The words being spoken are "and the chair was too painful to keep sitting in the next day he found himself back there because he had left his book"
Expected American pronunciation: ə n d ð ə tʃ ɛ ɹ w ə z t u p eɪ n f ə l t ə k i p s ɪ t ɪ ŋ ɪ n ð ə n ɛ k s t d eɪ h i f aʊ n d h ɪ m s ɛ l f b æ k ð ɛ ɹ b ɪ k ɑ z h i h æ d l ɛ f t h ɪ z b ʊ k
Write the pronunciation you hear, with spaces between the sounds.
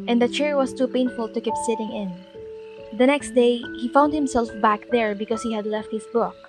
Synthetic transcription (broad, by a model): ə n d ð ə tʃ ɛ ɹ w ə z t u p eɪ n f ə l t ə k i p s ɪ t ɪ ŋ ɪ n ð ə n ɛ k s t d eɪ h i f aʊ n d h ɪ m s ɛ l f b æ k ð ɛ ɹ b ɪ k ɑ s h i h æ d l ɛ f t h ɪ s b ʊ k